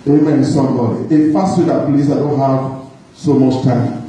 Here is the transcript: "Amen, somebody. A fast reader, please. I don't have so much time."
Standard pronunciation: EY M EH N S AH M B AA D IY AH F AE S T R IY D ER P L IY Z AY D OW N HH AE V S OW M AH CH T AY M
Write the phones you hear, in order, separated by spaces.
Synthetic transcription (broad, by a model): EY M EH N S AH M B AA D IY AH F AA S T W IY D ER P L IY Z AY D OW N HH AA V S OW M AH CH T AY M